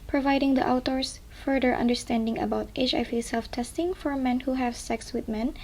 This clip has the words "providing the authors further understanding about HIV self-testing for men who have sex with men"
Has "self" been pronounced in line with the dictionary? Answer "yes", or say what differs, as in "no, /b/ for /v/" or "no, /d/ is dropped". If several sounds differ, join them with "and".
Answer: yes